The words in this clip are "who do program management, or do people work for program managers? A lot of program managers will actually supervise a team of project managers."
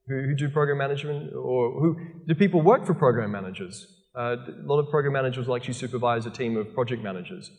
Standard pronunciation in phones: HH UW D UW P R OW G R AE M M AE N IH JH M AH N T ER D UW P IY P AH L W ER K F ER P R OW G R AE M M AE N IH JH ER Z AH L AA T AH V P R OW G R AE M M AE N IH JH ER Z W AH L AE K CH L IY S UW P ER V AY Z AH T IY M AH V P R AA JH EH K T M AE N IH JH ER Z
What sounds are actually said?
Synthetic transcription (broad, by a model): HH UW D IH P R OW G R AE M M AE N IH JH M AH N T ER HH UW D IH P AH L W ER K F ER P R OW G R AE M M AE N IH JH ER Z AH L AA T AH V P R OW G R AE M M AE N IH JH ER Z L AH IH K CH IY S UW P ER V AY Z AH T IY M AH V P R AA JH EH K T M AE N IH JH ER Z